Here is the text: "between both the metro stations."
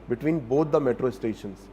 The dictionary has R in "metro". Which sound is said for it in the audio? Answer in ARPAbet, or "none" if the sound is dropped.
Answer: R